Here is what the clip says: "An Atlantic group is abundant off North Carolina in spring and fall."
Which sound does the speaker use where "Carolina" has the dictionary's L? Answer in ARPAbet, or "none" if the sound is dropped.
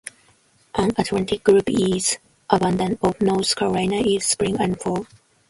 none